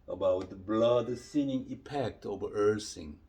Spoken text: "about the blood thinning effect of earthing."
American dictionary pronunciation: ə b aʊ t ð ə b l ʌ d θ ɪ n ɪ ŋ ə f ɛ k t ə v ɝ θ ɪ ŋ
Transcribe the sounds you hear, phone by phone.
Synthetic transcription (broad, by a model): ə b aʊ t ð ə b l ʌ d s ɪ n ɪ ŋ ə p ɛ k t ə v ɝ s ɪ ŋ